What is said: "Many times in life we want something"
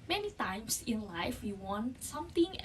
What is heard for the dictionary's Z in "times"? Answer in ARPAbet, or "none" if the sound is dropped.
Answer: S